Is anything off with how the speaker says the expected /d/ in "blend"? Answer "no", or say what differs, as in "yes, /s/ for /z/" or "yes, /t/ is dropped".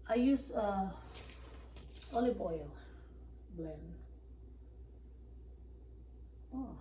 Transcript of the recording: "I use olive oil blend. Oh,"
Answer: yes, /d/ is dropped